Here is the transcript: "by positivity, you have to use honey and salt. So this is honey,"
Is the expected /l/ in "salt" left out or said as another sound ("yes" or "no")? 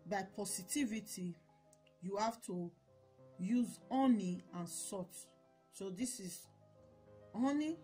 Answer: yes